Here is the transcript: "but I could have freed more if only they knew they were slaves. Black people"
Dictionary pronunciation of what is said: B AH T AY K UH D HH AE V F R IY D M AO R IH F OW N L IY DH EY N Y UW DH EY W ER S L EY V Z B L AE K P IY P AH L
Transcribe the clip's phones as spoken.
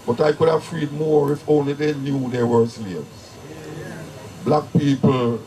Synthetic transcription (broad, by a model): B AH T AY K UH D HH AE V F R IY D M AO R IH F OW N L IY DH EY N Y UW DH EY W ER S IY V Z B L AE K P IY P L